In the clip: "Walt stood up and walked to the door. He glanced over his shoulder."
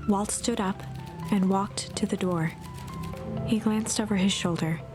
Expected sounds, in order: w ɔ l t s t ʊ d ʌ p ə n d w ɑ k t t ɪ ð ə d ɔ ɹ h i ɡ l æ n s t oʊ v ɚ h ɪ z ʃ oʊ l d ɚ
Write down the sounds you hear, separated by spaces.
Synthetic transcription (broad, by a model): w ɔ l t s t ʊ d ʌ p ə n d w ɑ k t t ɪ ð ə d ɔ ɹ h i ɡ l æ n s t oʊ v ɚ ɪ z ʃ oʊ l d ɚ